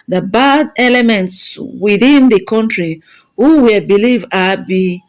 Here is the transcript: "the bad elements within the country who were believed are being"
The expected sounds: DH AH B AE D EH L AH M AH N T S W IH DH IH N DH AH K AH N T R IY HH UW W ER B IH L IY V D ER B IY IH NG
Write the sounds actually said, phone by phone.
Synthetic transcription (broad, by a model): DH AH B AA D EH L AH M AH N T S W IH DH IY N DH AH K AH N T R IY HH UW W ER B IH L IY V AA B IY